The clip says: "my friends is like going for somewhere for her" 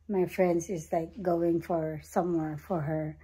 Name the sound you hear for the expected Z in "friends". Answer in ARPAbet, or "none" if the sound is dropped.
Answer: S